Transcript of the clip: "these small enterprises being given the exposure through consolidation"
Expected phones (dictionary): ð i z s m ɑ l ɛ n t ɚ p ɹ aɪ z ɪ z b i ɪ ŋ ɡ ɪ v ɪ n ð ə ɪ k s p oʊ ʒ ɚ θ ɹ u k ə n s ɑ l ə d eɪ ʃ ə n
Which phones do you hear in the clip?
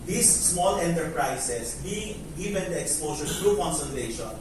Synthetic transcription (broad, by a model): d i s s m ɑ l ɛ n t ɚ p ɹ aɪ s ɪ s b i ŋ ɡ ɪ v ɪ n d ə k s p oʊ s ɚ t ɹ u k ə n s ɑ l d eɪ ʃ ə n